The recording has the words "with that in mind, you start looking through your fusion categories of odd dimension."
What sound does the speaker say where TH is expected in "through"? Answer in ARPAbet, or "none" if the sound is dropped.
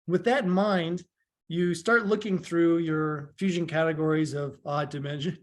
TH